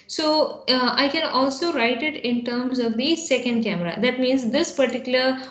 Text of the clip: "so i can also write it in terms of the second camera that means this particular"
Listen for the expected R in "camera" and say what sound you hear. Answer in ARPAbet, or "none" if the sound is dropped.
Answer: R